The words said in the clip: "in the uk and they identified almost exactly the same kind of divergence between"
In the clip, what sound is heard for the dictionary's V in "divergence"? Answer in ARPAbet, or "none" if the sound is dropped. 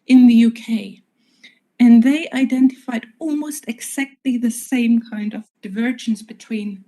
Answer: V